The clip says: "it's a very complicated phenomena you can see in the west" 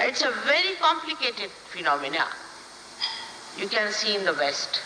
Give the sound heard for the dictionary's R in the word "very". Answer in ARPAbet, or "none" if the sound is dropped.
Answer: R